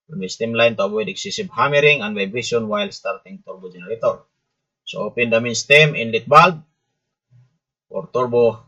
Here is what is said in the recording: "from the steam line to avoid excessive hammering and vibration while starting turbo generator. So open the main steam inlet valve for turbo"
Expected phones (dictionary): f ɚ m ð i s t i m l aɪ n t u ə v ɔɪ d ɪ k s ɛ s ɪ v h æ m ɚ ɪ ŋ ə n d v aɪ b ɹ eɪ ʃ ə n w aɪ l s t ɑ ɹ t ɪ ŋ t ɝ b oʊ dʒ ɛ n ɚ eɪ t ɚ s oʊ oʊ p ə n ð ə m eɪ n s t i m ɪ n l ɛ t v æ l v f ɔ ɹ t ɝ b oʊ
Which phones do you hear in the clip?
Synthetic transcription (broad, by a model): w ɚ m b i s t i m l aɪ n t u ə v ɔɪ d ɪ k s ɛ s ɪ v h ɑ m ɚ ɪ ŋ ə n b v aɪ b i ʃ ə n w aɪ l s t ɑ ɹ t ɪ ŋ t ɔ b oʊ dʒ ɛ n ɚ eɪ t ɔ s oʊ oʊ p ə n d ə m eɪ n s t i m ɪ n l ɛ t b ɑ l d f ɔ ɹ t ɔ b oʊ